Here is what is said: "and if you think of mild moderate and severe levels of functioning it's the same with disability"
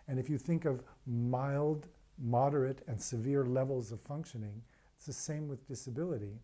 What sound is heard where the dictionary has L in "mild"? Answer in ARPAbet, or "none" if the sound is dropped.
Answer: L